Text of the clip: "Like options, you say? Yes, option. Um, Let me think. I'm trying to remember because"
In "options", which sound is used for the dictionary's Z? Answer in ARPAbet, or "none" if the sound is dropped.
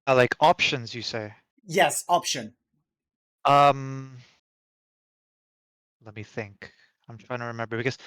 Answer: Z